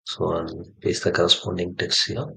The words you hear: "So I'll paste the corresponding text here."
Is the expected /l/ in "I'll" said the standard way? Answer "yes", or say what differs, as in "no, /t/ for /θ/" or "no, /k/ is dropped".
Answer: no, /n/ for /l/